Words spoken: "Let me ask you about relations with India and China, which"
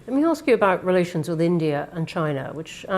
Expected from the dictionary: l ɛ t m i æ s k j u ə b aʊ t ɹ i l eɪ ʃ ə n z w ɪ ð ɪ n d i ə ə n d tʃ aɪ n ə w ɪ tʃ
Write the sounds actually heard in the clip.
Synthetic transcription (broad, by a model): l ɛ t m i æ s k j ə b aʊ t ɹ i l eɪ ʃ ə n z w ɪ ð ɪ n d i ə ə n tʃ aɪ n ə w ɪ tʃ